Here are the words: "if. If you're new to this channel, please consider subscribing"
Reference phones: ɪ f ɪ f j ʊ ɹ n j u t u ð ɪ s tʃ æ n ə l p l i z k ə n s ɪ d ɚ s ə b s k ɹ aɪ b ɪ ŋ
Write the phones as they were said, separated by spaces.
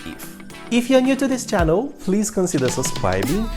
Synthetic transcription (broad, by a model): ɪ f ɪ f j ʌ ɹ n j u t u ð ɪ s tʃ æ n ə l p l i z k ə n s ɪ d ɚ s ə s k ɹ aɪ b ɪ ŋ